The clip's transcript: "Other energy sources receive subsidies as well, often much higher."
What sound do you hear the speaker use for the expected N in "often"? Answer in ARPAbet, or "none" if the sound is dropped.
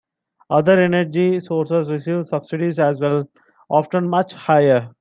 N